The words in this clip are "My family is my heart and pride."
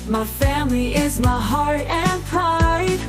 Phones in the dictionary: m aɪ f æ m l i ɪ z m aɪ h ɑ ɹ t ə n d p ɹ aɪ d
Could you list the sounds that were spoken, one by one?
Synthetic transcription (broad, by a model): m aɪ f æ m l i ɪ z m aɪ h ɑ ɹ t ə n p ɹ aɪ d